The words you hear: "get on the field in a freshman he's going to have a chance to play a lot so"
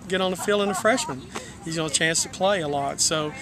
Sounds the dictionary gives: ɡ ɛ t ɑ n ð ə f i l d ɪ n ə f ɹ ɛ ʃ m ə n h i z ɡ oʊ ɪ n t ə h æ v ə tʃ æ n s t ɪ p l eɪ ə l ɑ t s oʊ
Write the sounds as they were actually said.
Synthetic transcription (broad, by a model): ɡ ɛ t n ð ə f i l ɪ n ə f ɹ ɛ ʃ m ə n h i z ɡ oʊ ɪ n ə ə tʃ æ n s t ɪ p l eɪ ə l ɑ t s oʊ